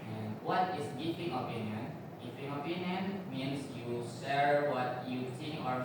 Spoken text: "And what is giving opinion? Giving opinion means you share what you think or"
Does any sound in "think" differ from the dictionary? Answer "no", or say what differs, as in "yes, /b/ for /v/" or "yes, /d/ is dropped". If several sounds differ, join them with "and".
yes, /s/ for /θ/ and /k/ is dropped